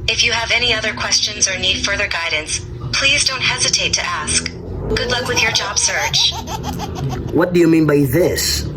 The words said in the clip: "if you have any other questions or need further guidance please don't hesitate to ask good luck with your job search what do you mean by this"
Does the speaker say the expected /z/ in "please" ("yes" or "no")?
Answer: yes